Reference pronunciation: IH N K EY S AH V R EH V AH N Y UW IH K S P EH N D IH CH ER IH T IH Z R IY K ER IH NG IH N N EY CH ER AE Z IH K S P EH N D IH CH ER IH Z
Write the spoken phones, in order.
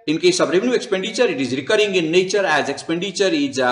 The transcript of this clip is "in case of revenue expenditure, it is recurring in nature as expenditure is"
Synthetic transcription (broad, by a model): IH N K EY S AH B R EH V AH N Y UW IH K S P EH N D IH CH ER IH T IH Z R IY K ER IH NG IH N N EY CH ER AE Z IH K S P EH N D IH CH ER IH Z